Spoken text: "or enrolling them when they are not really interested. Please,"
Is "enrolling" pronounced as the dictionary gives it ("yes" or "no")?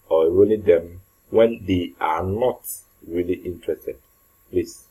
no